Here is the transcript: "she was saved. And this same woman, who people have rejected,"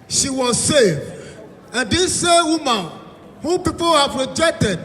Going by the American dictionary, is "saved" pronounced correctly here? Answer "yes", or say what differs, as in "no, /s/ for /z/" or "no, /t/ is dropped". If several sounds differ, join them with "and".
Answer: no, /d/ is dropped